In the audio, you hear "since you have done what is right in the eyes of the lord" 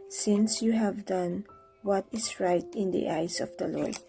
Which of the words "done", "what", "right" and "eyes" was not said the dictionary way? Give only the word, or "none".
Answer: eyes